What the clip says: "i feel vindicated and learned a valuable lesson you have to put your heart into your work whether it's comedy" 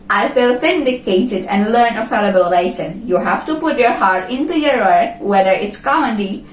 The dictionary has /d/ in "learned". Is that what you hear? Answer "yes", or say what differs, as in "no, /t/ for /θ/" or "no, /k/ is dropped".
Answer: no, /d/ is dropped